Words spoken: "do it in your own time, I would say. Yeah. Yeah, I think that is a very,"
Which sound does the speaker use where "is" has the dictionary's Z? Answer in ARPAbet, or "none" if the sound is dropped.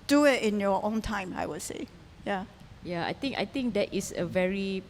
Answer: S